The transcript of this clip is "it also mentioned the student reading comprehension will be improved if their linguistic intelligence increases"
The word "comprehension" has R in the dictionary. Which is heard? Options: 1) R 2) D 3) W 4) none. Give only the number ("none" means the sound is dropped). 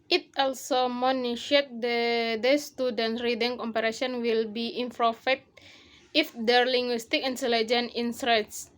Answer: 4